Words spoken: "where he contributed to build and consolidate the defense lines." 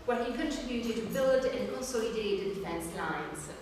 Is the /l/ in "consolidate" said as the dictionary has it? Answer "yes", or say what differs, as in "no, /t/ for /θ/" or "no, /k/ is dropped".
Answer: no, /l/ is dropped